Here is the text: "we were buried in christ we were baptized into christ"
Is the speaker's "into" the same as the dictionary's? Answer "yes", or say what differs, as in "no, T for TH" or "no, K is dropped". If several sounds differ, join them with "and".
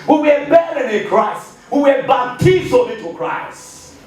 no, N is dropped